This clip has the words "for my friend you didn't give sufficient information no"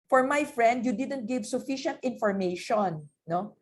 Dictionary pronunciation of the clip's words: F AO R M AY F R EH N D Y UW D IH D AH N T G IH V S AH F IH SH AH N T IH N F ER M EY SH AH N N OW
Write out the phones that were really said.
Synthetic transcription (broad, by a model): F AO R M AY F R EH N D Y UW D IH D AH N T G IH V S AH F IH SH AH N T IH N F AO M EY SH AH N N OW